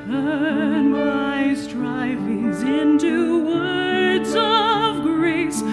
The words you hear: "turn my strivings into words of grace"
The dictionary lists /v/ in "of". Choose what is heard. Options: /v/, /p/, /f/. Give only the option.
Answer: /v/